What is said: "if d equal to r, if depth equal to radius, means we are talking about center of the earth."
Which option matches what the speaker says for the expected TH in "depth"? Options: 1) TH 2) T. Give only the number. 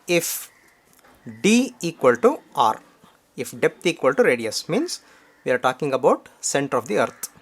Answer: 2